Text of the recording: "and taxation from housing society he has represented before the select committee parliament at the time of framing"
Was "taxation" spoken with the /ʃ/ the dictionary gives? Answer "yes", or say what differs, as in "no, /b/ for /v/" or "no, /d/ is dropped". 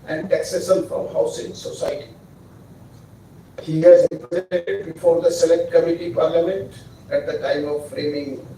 no, /s/ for /ʃ/